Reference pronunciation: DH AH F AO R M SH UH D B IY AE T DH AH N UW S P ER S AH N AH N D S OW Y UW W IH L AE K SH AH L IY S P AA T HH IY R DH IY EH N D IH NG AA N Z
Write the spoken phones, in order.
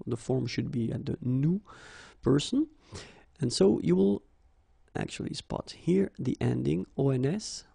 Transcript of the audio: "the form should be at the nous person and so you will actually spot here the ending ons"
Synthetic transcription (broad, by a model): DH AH F AO R M SH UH D B IY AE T DH AH N UW P ER S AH N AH N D S OW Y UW W IH L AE K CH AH L IY S P AA T HH IY R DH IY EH N D IH NG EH N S